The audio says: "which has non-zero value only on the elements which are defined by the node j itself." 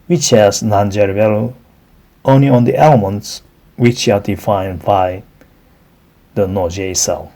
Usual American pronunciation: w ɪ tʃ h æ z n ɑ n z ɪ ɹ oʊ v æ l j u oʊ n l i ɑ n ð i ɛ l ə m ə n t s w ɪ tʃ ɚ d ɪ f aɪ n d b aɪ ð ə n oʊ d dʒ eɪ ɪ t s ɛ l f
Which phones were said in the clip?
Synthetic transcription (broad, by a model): w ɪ tʃ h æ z n ɑ n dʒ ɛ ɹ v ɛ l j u oʊ n l i ɑ n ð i ɛ l ə m ə n t s w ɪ tʃ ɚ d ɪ f aɪ n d b aɪ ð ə n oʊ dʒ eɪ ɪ s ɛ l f